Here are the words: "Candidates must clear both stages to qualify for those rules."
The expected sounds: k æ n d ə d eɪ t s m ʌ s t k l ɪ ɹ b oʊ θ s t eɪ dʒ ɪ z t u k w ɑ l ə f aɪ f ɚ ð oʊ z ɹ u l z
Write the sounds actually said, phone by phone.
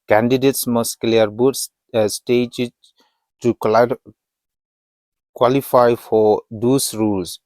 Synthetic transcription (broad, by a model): k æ n d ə d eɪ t s m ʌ s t k l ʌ ɹ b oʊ s s t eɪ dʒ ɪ t u k w ɑ l ə f aɪ f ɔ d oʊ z ɹ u l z